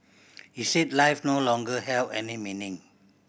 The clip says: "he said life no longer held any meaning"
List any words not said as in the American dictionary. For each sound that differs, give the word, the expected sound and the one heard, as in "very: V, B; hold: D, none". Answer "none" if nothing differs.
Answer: held: D, none